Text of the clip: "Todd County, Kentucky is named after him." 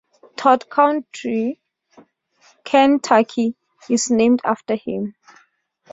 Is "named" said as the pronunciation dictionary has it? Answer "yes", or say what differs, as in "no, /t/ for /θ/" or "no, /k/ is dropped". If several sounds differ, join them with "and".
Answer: yes